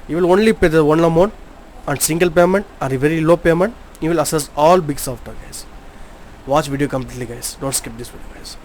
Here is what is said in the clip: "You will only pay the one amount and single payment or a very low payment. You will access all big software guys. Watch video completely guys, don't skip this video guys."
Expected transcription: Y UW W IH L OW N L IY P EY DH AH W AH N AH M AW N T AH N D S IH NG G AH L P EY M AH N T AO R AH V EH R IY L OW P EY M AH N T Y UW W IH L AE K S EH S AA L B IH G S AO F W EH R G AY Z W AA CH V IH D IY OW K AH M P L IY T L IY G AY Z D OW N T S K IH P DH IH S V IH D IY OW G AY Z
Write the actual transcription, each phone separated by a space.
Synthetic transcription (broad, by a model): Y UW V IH L OW N L IY P EY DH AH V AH N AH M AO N AH N D S IH NG G AH L P EY M AH N T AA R AH V EH R IY L OW P EY M AH N T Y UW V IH L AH S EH S AA L B IH G S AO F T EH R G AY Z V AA CH V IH D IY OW K AH M P L IY T L IY G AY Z D OW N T S K IH P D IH S V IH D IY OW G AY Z